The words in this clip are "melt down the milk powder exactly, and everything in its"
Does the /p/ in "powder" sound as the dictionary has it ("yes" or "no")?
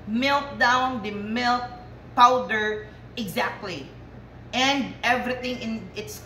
yes